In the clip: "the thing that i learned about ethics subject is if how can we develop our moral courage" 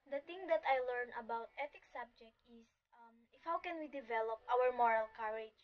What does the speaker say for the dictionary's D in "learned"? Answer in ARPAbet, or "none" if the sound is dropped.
none